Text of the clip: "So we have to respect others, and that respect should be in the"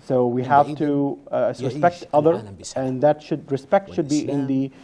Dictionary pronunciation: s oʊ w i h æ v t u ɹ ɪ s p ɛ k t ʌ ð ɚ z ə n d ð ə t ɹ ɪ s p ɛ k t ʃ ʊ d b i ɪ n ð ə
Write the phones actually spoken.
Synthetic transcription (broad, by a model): s oʊ w i h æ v t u ɹ ɪ s p ɛ k t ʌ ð ɚ ə n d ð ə t ɹ ɪ s p ɛ k t ʃ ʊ d b i ɪ n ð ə